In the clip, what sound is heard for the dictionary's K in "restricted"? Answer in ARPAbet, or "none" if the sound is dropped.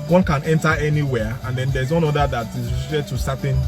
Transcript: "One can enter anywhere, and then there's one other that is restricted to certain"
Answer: none